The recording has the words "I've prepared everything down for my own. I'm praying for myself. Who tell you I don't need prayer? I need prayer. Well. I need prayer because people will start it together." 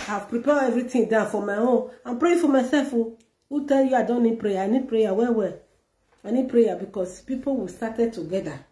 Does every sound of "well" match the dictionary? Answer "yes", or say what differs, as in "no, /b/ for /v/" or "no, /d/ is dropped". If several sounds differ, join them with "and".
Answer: no, /w/ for /l/